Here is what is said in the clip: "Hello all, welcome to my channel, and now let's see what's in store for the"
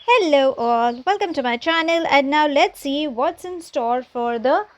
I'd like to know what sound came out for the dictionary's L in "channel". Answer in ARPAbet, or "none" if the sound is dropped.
L